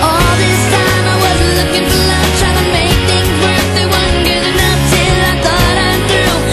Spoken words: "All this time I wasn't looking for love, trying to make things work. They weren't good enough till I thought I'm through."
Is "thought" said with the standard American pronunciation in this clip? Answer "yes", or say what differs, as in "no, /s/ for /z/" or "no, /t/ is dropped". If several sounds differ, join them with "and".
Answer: yes